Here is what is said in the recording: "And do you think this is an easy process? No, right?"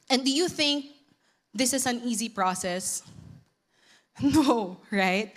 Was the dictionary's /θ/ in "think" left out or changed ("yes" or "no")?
no